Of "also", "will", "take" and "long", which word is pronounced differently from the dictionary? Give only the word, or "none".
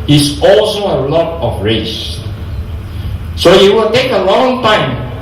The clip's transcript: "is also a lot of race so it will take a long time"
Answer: none